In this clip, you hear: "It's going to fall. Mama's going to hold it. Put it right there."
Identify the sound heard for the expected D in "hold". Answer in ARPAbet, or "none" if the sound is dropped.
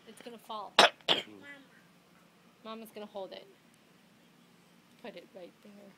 D